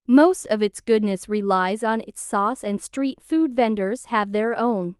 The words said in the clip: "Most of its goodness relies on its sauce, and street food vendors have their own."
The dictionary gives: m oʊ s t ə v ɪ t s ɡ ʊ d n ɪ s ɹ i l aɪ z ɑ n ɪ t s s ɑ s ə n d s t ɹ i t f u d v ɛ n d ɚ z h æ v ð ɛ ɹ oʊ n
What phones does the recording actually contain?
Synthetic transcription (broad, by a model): m oʊ s t ə v ɪ t s ɡ ʊ d n ɪ s ɹ i l aɪ z n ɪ t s s ɑ s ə n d s t ɹ i t f u d v ɛ n d ɚ z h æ v ð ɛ ɹ oʊ n